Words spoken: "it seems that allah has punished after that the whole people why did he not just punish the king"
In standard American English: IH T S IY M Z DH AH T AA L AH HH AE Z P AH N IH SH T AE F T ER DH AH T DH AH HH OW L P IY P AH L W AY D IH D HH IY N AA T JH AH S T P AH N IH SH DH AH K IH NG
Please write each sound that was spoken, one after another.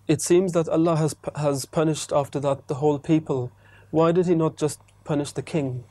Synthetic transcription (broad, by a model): IH T S IY M Z DH AH T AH L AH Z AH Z P AH N IH SH T AE F T ER DH AH T DH AH HH OW L P IY P AH L W AY D IH D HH IY N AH T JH AH S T P AH N IH SH DH AH K IH NG